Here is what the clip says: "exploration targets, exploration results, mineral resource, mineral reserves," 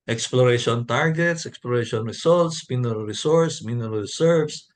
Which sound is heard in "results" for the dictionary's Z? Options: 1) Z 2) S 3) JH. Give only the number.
2